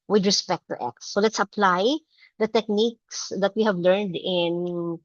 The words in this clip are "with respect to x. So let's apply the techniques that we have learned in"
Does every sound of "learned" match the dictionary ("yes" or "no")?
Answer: yes